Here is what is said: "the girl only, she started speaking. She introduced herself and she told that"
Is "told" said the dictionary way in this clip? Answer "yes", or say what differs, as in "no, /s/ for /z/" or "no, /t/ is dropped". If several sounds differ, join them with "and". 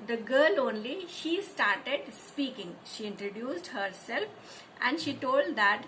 yes